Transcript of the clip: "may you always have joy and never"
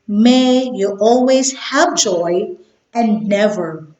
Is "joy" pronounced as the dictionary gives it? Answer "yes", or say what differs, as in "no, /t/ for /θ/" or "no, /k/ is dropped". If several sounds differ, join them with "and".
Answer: yes